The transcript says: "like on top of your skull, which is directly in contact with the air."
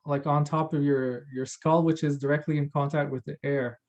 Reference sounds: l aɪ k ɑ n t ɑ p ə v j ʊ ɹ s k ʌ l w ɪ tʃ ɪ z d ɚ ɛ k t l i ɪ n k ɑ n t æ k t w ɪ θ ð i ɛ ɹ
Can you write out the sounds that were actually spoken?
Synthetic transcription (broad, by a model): l aɪ k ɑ n t ɑ p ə v j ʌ ɹ s k ʌ l w ɪ tʃ ɪ z d ɚ ɛ k t l i ɪ n k ɑ n t æ k t w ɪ ð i ɛ ɹ